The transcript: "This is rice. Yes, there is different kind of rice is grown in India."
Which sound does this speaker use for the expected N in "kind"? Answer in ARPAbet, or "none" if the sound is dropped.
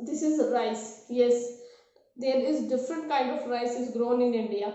N